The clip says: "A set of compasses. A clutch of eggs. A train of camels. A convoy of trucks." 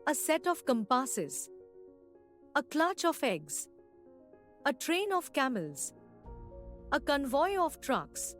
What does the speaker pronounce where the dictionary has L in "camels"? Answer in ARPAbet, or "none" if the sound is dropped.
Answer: L